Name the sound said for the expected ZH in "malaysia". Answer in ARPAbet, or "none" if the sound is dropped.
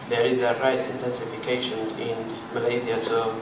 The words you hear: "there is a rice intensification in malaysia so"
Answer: Z